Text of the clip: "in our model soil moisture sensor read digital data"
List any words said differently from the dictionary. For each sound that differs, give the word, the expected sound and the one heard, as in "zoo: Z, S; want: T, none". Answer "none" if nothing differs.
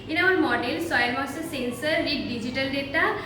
moisture: CH, none